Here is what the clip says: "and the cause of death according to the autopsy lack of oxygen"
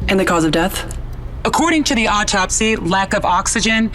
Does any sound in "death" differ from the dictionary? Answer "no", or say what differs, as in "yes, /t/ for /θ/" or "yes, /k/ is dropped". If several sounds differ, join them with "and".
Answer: no